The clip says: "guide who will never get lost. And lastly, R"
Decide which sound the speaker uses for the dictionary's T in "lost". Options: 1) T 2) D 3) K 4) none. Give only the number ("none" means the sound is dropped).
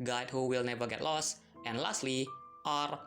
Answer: 1